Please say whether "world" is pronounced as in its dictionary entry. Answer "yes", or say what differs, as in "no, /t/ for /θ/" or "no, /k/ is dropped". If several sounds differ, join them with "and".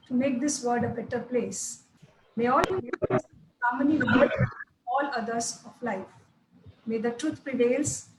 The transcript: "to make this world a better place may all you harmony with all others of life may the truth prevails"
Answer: no, /l/ is dropped